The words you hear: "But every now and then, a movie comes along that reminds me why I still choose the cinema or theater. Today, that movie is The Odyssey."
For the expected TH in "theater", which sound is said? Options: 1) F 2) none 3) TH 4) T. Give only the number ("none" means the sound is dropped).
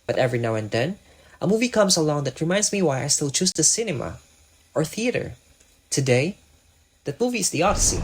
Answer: 3